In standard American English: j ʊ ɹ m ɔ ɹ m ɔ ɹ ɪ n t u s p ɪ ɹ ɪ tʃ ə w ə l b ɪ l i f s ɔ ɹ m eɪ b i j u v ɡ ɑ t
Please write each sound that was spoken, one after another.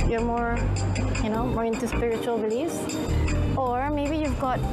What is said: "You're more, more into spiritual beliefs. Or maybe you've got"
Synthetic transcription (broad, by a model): j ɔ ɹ m ɔ ɹ m ɔ ɹ ɪ n t u s p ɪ ɹ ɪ tʃ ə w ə l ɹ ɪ l i s ɔ ɹ m eɪ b i j u v ɡ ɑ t